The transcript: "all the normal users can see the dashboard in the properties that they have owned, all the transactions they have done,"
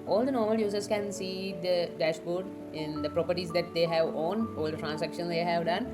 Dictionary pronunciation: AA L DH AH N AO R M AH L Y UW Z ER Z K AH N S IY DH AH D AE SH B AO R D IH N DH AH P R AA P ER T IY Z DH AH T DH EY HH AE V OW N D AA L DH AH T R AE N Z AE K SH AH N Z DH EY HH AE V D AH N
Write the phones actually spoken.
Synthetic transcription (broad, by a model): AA L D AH N AO R M AH L Y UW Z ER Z K AH N S IY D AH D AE SH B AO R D IH N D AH P R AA P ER T IY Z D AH T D EY HH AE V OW N AA L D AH T R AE N S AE K SH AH N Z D EY HH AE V D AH N